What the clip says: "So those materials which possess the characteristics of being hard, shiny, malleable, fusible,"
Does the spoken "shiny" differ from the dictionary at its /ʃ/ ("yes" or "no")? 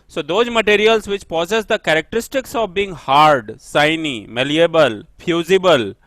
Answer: yes